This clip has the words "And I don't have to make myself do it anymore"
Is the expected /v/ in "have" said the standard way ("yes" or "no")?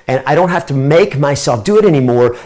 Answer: no